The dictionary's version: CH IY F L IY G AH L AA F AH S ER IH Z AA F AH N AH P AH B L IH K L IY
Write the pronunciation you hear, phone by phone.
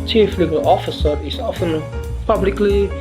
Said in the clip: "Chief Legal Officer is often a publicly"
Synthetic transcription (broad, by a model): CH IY F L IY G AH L AA F AH S ER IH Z AA F AH N P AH B L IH K L IY